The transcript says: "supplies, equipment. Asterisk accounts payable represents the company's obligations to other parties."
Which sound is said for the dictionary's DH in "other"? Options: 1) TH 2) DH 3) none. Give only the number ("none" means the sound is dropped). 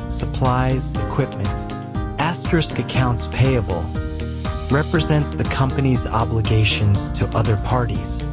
2